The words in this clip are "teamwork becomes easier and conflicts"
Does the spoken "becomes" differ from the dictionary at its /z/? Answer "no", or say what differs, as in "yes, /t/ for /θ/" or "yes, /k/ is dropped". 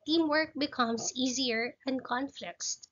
yes, /s/ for /z/